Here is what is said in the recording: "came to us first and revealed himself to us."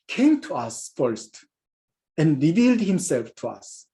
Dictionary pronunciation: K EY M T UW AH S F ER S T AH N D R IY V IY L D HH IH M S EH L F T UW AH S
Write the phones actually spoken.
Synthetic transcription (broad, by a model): K EY M T UW AH S F ER S T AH N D R IY V IY L D HH IH M S EH L F T UW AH S